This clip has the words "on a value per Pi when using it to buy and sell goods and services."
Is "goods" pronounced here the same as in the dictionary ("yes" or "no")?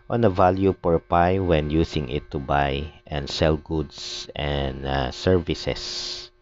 no